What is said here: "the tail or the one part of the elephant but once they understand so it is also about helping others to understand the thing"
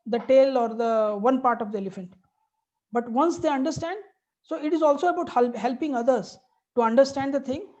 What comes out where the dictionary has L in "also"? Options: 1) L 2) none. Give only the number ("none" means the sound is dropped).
1